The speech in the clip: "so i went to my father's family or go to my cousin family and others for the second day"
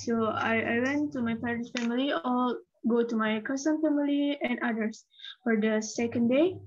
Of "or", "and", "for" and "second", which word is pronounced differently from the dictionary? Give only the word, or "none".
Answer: or